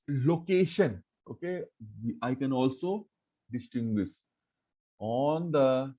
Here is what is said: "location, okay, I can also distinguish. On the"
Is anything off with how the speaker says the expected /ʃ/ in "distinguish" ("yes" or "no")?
yes